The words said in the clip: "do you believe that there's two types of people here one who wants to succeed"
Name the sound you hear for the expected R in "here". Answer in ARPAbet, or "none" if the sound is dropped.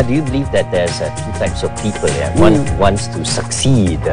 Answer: W